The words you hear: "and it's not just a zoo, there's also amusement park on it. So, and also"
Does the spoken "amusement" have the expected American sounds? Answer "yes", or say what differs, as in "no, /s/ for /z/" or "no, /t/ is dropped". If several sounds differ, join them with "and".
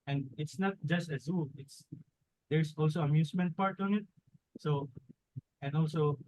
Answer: no, /s/ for /z/